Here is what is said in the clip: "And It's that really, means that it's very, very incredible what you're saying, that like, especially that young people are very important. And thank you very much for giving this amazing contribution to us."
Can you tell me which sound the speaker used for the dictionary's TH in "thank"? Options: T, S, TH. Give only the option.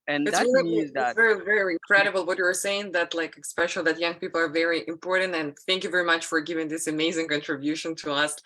TH